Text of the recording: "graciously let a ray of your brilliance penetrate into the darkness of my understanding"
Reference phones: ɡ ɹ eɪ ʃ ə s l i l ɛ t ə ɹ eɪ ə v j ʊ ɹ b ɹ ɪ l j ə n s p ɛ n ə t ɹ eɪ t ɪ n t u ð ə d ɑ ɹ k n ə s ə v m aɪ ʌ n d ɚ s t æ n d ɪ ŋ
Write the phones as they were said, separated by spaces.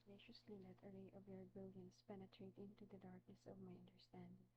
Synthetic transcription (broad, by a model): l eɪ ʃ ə s l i l ɛ t ə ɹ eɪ ə v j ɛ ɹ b ɪ l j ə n s p ɛ n ə t ɹ eɪ t ɪ n t u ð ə d ɑ ɹ k n ə s ə v m aɪ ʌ n d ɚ s t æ n d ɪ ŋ